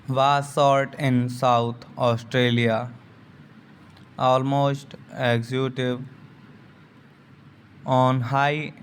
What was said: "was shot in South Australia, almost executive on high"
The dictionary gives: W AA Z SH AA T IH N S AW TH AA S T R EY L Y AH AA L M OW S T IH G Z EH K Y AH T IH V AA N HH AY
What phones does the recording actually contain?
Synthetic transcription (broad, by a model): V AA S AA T IH N S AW T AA S T R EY L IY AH AA L M OW S T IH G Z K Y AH T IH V AA N HH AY